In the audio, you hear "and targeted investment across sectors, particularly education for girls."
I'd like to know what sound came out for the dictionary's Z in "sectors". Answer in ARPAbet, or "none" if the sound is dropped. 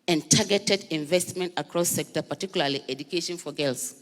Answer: none